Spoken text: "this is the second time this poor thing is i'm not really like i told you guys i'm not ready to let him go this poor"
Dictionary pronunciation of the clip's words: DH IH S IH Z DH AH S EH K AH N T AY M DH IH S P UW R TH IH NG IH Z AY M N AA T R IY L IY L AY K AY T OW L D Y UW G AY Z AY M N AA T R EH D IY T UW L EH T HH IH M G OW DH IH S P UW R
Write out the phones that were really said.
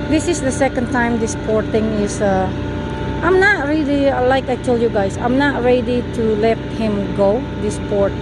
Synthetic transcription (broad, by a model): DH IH S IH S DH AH S EH K AH N T AY M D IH S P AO R T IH NG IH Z AY M N AA T R IY L IY L AY K AY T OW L Y UW G AY S AY M N AA T R EH D IY T UW L EH T HH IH M G OW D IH S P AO R